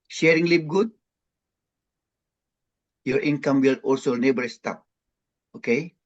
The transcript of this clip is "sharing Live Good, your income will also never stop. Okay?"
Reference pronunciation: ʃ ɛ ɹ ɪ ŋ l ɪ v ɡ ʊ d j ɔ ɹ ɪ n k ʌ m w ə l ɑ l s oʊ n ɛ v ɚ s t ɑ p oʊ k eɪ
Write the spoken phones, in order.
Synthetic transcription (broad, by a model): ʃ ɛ ɹ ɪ ŋ l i p ɡ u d j ɔ ɹ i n k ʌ m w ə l ɑ l s oʊ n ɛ b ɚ s t ɑ p oʊ k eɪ